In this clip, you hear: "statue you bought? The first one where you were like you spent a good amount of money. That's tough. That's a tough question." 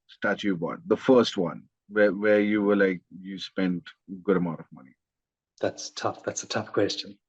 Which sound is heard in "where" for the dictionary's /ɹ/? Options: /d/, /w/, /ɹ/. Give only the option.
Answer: /w/